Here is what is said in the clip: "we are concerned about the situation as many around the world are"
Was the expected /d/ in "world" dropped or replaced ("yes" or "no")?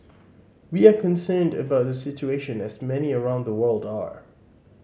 no